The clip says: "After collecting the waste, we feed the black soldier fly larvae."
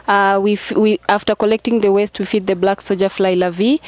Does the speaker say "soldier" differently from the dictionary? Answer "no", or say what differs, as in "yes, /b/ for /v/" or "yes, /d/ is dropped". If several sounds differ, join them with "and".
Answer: yes, /l/ is dropped